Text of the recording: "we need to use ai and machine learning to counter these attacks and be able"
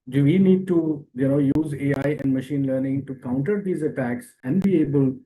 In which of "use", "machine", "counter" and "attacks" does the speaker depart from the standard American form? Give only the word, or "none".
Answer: none